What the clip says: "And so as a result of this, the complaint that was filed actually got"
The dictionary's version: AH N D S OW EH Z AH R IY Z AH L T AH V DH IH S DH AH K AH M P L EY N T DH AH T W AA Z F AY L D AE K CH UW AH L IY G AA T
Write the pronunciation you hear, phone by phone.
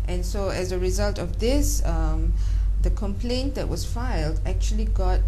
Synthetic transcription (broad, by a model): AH N S OW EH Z AH R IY Z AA L T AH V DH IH S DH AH K AH M P L EY N T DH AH T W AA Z F AY L D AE K CH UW AH L IY G AA T